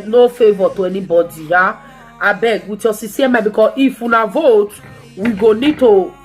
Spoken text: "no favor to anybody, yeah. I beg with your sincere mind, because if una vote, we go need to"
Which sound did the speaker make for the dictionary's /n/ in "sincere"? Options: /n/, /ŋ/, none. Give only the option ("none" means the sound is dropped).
none